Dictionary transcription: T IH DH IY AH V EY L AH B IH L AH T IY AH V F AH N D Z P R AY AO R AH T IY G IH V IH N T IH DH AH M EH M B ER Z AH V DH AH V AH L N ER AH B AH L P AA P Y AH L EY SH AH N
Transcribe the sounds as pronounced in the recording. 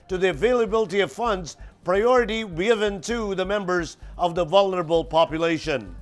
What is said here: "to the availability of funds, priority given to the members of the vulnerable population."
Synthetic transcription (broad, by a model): T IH DH IY AH V EY L AH B IH L AH T IY AH V F AH N D Z P R AY AO R AH T IY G IH V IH N T IH DH AH M EH M B ER Z AH V DH AH V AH L N ER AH B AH L P AA P Y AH L EY SH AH N